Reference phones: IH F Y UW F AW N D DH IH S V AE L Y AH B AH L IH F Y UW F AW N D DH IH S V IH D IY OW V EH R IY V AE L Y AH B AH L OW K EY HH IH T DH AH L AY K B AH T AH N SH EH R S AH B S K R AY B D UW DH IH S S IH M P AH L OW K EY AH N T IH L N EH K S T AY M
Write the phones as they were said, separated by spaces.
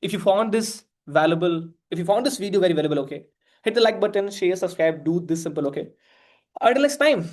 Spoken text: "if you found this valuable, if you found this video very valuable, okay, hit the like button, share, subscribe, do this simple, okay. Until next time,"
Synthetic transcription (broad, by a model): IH F Y UW F AW N D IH S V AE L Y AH B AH L IH F Y UW F AW N D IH S V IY D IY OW V EH R IY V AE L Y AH B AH L OW K EY HH IH T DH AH L AY K B AH T AH N SH EH R S AH B S K R AY B D UW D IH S S IH M P AH L OW K EY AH T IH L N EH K S T AY M